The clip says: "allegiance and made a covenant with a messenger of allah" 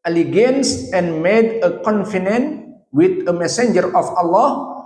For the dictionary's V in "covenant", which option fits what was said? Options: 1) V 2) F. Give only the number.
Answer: 2